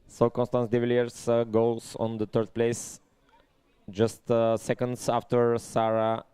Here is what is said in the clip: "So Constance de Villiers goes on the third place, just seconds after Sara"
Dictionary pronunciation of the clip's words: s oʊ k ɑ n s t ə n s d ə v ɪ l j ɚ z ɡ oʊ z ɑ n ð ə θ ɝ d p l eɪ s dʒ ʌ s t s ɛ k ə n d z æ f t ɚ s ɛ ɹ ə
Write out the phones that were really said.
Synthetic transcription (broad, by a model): s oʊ k ɑ n s t ə n s d ə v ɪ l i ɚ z ɡ oʊ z ɑ n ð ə t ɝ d p l eɪ s dʒ ʌ s t s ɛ k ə n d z æ f t ɚ s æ ɹ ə